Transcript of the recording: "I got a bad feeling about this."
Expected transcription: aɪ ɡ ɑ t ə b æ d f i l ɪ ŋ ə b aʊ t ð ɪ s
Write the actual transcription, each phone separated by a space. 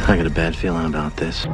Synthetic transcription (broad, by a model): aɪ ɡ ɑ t ə b æ d f i l ɪ ŋ ə b aʊ t ð ɪ s